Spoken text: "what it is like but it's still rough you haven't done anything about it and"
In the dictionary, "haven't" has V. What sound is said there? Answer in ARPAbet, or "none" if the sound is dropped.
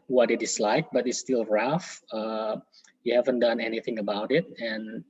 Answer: V